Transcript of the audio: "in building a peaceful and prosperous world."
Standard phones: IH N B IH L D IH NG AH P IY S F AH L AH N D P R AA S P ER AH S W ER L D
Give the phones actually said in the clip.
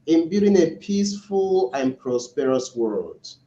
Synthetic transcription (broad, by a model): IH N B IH D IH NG AH P IY S F AH L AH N P R AA S P ER AH S W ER L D